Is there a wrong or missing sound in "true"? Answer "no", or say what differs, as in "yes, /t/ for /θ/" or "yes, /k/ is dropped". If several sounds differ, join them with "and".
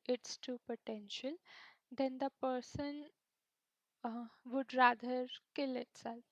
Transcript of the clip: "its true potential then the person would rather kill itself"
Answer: yes, /ɹ/ is dropped